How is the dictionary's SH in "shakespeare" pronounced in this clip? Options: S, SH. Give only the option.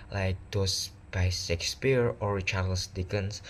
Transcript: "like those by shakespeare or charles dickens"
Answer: S